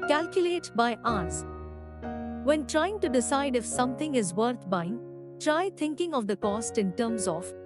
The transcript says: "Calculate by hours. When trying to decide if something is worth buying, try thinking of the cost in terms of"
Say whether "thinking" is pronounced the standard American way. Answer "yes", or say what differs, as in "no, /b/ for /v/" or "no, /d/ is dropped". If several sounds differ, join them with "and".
no, /t/ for /θ/